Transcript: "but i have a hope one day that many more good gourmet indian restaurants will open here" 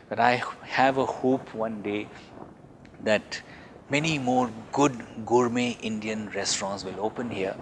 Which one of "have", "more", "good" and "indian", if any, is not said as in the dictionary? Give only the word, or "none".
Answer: none